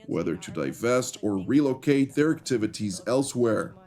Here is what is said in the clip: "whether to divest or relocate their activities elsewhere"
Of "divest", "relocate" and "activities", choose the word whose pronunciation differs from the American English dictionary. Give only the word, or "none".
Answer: none